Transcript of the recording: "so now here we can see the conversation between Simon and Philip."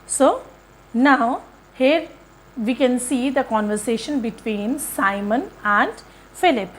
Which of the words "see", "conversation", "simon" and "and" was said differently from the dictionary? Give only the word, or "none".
none